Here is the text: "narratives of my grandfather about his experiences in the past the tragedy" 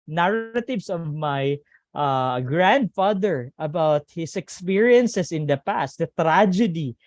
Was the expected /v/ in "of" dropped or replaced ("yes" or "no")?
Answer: no